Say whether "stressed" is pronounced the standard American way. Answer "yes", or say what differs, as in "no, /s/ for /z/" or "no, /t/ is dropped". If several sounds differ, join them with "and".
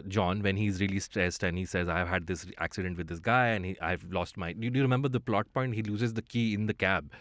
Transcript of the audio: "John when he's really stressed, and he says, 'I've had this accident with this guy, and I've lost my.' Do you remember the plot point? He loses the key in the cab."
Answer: no, /ɹ/ is dropped